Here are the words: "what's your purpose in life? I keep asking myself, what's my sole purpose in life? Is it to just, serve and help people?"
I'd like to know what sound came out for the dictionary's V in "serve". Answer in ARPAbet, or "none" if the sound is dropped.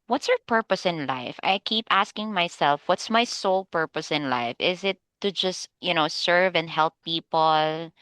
V